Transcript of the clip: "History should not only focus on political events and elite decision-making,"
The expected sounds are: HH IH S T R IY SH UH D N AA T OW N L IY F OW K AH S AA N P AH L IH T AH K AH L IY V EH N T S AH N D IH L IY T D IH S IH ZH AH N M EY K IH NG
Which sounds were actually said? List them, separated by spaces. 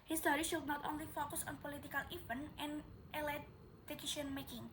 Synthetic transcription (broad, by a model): HH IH S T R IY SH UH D N AA T OW N L IY F OW K AH S AA N P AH L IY T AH K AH L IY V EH N T AH N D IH L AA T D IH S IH SH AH N M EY K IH NG